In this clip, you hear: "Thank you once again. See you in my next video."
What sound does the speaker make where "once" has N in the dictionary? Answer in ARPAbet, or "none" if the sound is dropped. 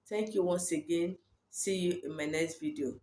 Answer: N